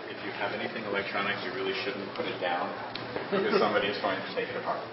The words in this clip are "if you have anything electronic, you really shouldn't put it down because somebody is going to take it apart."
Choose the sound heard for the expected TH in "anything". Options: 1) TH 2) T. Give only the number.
1